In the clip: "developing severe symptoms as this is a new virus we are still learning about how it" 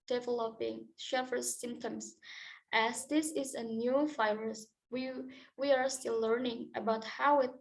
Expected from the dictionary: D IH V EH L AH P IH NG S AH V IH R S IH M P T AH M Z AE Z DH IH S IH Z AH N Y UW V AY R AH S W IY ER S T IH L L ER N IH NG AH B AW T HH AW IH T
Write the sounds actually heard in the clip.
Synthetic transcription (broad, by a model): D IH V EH L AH P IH NG SH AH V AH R S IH M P T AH M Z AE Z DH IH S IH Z AH N Y UW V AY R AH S W IY ER S T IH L L ER N IH NG AH B AW T HH AW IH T